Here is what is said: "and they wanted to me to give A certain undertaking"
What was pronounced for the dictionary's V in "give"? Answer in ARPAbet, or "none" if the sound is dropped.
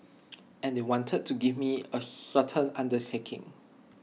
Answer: none